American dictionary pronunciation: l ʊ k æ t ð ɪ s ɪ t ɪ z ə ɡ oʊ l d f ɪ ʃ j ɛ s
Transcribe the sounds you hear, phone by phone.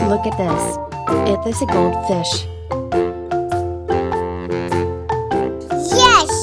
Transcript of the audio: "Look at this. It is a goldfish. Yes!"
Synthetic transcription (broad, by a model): l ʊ k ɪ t ð ɪ s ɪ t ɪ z ə ɡ oʊ l d f ɪ ʃ j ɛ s